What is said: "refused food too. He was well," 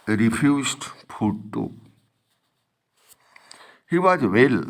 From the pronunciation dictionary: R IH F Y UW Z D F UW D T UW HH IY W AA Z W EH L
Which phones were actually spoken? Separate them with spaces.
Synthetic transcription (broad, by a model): R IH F Y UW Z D P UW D T UW HH IY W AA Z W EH L